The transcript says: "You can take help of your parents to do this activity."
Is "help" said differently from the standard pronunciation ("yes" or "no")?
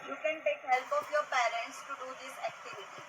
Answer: no